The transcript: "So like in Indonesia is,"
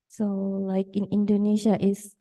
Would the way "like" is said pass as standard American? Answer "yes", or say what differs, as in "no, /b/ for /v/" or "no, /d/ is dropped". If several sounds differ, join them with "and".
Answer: yes